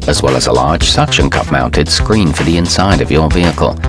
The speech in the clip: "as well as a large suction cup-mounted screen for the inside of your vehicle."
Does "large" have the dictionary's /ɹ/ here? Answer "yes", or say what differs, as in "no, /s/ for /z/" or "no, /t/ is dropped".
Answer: yes